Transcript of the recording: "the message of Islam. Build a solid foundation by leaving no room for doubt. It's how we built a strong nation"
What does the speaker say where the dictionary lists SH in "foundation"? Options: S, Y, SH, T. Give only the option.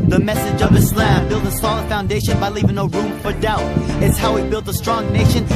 SH